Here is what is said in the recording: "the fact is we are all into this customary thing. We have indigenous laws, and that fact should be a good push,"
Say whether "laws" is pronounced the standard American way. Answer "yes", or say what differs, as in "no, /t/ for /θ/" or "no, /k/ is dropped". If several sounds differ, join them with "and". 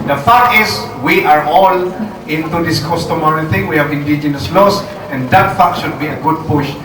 no, /s/ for /z/